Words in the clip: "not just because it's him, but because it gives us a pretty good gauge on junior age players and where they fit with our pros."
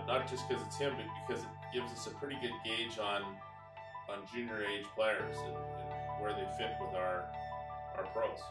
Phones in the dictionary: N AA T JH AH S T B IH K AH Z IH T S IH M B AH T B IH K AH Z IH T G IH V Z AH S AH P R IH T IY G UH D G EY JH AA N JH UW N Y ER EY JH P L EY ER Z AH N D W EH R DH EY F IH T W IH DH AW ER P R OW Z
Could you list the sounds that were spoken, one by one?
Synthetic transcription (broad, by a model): N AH T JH AH S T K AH Z IH T S IH M B AH T B IH K AH Z IH T G IH V Z AH S AH P R IH T IY G UH D G EY JH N N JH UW N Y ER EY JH P L EY ER Z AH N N W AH R DH EY F IH T W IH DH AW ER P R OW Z